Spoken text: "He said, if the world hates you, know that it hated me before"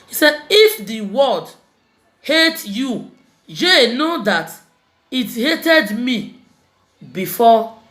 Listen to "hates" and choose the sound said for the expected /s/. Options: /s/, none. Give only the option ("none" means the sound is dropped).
none